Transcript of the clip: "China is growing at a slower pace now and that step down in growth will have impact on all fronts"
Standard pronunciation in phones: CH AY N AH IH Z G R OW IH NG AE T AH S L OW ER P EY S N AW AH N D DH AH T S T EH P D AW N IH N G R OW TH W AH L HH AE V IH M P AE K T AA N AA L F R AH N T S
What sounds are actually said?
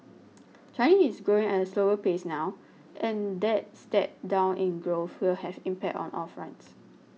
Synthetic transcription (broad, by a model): CH AY N AH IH S G R OW IH NG AH S L OW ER P EY S N AW AH N D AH T S T EH P D AW N IH N G R OW F W AH L HH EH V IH M P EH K T AA N AA L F R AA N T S